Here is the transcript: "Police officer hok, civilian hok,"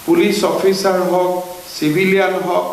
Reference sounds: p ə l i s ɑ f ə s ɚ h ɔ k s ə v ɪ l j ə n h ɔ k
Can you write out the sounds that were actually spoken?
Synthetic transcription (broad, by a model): p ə l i s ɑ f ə s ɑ h ɔ k s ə b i l j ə n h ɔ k